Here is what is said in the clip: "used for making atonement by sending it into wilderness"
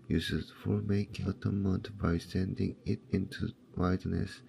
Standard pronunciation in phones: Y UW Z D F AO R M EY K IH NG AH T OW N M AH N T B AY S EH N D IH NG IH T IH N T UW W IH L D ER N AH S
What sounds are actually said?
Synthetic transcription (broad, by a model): Y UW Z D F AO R M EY IH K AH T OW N M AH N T B AY S EH N D IH NG IH T IH N T UW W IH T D N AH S